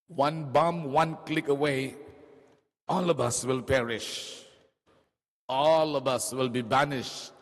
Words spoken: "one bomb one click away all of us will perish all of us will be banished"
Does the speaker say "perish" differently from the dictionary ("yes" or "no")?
no